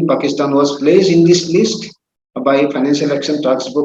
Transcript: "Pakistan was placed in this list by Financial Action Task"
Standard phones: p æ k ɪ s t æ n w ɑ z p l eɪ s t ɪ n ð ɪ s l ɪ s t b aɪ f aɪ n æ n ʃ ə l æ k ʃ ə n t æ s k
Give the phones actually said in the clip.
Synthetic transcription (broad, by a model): p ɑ k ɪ s t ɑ n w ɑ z p l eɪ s ɪ n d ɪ s l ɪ s t b aɪ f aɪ n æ n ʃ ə l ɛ k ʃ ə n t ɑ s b